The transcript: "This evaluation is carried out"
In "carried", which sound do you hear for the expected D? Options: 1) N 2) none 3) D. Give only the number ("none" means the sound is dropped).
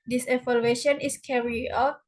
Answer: 2